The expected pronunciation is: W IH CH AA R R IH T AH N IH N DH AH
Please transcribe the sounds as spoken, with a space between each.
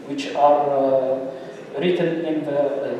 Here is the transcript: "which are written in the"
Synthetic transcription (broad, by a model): W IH CH AA R R IH T AH N IH N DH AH